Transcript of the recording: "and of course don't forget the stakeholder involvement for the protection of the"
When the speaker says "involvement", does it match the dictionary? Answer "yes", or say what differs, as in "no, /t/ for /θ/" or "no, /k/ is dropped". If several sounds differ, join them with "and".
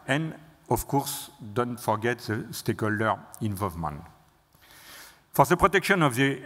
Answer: yes